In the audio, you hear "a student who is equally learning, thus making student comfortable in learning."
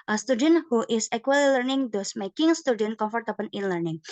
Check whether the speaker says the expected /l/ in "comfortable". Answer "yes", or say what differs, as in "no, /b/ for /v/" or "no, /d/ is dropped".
no, /n/ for /l/